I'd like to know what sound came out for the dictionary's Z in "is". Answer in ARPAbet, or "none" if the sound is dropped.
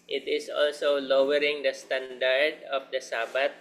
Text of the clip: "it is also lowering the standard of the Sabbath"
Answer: S